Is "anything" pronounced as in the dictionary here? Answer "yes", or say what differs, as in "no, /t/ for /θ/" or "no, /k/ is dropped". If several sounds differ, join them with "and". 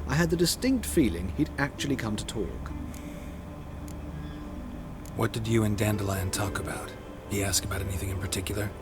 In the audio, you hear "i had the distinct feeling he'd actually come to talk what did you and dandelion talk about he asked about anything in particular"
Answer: yes